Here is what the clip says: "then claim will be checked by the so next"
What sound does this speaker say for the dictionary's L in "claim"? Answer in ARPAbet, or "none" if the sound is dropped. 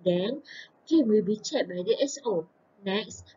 none